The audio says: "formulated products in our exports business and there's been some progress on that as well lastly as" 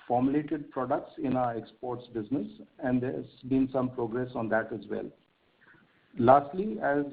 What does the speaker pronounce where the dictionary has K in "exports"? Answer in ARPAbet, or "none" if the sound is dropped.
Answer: K